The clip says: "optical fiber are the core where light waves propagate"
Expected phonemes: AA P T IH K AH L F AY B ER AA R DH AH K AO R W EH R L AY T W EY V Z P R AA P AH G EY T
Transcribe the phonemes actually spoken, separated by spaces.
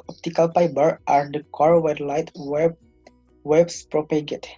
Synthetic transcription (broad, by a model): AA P T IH K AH L P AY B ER AA R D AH K AO R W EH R L AY T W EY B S P R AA P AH G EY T